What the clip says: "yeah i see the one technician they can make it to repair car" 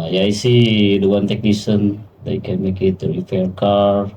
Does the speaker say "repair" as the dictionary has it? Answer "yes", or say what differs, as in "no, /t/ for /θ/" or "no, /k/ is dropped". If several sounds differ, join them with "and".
no, /f/ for /p/